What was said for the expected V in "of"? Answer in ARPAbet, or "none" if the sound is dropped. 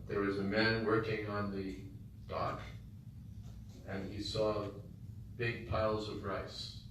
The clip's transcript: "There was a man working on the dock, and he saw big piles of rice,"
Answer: V